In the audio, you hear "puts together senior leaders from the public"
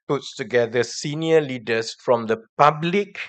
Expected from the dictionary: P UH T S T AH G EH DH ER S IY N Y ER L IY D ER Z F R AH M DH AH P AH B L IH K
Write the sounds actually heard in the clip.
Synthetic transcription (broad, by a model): P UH T S T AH G EH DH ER S IY N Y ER L IY D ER S F R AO M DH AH P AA B L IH K